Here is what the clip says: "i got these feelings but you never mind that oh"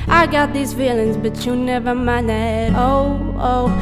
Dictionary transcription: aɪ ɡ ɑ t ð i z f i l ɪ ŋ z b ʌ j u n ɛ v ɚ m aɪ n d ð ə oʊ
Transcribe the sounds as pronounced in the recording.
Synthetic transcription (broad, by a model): aɪ ɡ ɑ t ð i z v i l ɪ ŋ z b ʌ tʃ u n ɛ v ɚ m aɪ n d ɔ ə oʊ